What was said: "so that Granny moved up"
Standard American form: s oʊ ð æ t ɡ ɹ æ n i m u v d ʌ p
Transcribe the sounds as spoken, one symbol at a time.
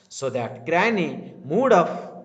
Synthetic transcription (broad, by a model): s oʊ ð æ t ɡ ɹ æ n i m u d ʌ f